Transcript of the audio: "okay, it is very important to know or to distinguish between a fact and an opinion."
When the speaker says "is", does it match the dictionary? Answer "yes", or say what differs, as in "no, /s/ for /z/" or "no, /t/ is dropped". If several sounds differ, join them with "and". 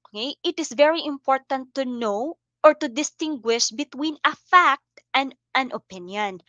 no, /s/ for /z/